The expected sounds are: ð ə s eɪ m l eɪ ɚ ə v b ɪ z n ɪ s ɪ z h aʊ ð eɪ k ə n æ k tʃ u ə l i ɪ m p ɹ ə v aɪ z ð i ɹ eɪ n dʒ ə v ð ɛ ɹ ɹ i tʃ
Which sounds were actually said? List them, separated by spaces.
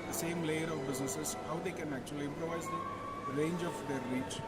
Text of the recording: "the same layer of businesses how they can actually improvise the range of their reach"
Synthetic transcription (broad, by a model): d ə s eɪ m l eɪ ɚ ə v b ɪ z n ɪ s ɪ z h aʊ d eɪ k ə n æ k tʃ u ə l i ɪ m p ɹ ə v aɪ z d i ɹ eɪ n dʒ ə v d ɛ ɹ ɹ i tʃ